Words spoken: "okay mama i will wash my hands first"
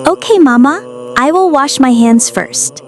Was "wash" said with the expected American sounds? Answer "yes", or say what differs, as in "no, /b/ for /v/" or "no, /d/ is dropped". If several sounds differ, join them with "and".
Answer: yes